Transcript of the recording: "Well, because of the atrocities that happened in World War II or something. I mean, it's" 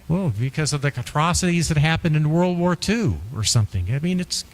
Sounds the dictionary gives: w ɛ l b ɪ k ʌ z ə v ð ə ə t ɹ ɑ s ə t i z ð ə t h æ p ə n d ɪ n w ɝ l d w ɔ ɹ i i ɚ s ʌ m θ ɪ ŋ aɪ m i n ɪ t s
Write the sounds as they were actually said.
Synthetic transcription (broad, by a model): w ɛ l b ɪ k ʌ z ə v ð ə ə t ɹ ɑ s ə t i z ð ə t h æ p ə n d ɪ n w ɝ l d w ɔ ɹ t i ɚ s ʌ m θ ɪ ŋ aɪ m i n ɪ t s